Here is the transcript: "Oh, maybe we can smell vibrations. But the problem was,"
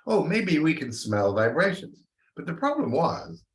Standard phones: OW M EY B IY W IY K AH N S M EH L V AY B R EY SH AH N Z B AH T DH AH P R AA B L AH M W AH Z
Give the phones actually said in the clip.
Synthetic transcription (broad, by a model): OW M EY B IY W IY K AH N S M EH L V AY B R EY SH AH N Z B AH T DH AH P R AA B L AH M W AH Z